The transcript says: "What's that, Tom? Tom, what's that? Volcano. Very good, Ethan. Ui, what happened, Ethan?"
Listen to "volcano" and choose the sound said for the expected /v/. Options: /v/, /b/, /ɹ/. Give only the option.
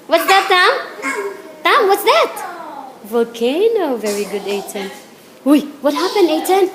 /v/